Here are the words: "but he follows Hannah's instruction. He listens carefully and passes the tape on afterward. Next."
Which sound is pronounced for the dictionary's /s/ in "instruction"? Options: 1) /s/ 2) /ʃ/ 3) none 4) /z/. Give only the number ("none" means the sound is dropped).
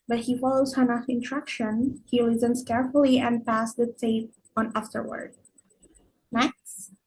3